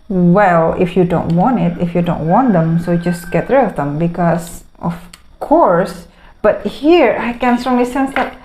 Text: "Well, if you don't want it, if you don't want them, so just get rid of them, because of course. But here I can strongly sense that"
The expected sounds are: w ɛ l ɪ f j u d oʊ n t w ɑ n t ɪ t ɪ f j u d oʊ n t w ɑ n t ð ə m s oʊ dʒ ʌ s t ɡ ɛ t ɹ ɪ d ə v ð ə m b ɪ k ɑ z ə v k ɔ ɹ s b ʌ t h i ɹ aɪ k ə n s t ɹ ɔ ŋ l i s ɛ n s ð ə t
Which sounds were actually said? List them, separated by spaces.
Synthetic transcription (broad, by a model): w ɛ l ɪ f j u d oʊ n t w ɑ n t ɪ t ɪ f j u d oʊ n t w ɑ n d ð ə m s oʊ dʒ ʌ s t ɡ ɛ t ɹ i ə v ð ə m b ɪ k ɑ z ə f k ɔ ɹ s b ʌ t h i ɹ aɪ k ə n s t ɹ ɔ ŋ l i s ɛ n s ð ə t